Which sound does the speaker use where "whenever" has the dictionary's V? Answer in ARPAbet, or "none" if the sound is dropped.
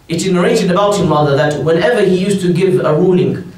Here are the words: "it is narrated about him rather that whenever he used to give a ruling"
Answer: V